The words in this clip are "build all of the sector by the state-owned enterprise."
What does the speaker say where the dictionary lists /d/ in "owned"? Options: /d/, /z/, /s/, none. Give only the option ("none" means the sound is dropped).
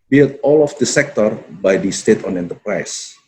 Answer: none